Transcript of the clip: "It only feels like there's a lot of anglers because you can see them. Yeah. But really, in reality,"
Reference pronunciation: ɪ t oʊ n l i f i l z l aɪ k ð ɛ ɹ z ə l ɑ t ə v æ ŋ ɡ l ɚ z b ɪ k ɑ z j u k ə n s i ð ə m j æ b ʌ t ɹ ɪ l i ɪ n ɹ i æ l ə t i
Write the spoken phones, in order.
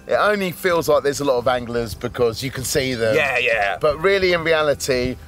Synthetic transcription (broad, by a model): ɪ t oʊ n l i f i l z l aɪ k ð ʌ z ə l ɑ t ə v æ ŋ ɡ l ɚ z b ɪ k ɑ z j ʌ k ə n s i ð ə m j æ b ʌ t ɹ ɪ l i ɪ n ɹ i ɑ l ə t i